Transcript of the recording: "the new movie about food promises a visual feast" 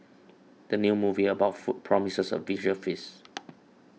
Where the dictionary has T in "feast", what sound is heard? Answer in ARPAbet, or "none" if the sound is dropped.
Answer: none